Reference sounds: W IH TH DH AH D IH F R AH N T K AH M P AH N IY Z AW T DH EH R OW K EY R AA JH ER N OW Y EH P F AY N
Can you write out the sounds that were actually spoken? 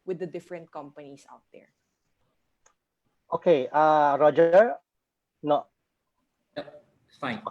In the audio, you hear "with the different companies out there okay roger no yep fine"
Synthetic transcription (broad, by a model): W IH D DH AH D IH F R AH N T K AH M P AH N IY S AW T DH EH R OW K EY R AA JH ER N OW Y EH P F AY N